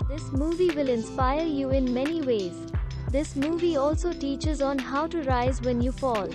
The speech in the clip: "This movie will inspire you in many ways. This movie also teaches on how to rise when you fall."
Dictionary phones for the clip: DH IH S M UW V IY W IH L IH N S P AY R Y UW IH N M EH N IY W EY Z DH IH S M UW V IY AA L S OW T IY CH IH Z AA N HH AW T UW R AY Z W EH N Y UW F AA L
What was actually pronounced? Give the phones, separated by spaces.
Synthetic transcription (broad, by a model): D IH S M UW V IY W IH L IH N S P AY R Y UW IH N M EH N IY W EY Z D IH S M UW V IY AA L S OW T IY CH IH Z AA N HH AW T UW R AY Z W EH N Y UW F AA L